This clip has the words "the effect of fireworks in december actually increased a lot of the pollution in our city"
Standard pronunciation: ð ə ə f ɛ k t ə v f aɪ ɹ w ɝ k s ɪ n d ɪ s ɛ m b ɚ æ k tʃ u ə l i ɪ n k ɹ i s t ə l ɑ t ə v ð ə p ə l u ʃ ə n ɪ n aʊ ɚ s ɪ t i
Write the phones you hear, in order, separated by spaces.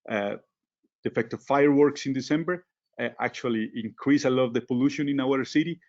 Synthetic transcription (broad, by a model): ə ə f ɛ k t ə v f aɪ ɹ w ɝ k s ɪ n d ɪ s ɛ m b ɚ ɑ k tʃ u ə l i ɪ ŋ k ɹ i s ə l ɑ t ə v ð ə p ə l u ʃ ə n ɪ n aʊ ɚ s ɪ t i